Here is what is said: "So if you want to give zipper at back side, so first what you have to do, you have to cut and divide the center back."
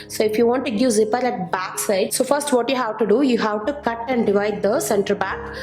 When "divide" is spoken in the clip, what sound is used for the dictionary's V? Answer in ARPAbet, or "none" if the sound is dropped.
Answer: V